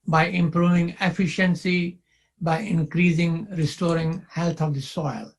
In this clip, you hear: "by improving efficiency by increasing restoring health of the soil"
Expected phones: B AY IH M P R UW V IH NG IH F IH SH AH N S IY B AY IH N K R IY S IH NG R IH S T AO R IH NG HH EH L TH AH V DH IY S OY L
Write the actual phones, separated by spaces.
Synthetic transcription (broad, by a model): B AY IH M P R UW V IH NG IH F IH SH AH N S IY B AY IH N K R IY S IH NG R IH S T AO R IH NG HH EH L T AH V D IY S OY L